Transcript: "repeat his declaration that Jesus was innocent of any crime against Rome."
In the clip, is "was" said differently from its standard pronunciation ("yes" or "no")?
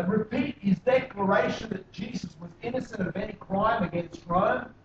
no